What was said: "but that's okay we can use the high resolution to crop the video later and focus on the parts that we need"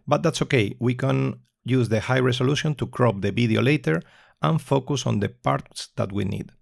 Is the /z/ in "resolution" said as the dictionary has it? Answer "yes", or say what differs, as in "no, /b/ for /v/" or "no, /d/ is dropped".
no, /s/ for /z/